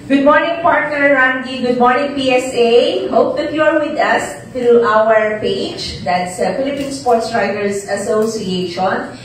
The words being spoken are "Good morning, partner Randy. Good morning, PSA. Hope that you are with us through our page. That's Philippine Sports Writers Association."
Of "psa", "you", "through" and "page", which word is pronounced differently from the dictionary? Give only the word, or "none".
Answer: through